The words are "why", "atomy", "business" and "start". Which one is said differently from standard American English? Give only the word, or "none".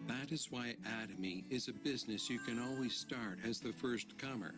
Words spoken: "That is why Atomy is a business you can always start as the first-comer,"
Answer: none